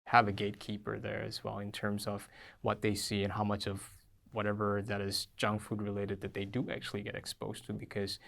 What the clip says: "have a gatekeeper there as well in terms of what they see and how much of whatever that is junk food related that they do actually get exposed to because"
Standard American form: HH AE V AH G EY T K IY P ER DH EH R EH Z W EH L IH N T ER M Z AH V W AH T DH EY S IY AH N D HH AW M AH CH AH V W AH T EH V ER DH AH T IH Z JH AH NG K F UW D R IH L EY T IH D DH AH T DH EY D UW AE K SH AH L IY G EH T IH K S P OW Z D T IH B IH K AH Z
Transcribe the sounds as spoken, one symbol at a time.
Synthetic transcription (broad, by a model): HH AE V AH G EY T K IY P ER DH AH R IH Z W EH L IH N T ER M Z AH V W AH T DH EY S IY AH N HH AW M AH CH AH V W AH T EH V ER DH AH T IH Z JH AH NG F UW D R IH L EY T IH D DH AH T DH EY D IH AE K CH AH L IY G EH T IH K S P OW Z T IH B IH K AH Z